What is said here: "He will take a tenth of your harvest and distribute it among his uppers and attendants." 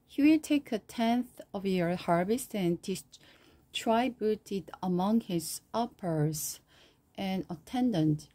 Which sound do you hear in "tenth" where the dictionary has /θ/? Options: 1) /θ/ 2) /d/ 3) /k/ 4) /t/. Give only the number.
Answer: 1